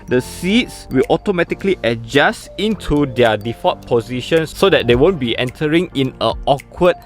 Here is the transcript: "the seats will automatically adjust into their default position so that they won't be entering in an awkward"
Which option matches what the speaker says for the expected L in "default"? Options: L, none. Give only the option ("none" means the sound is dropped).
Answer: none